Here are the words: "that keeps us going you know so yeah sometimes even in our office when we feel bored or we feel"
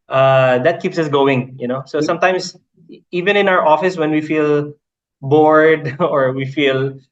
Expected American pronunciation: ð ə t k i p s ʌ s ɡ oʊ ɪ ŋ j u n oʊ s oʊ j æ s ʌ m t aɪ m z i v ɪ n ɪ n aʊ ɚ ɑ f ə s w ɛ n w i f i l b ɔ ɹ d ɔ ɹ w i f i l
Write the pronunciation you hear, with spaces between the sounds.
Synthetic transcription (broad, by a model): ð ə t k i p s ʌ s ɡ oʊ ɪ ŋ j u n oʊ s oʊ s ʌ m t aɪ m s i v ɪ n ɪ n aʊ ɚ ɑ f ə s w ɛ n w i f i l b ɔ ɹ d ɔ ɹ w i f i l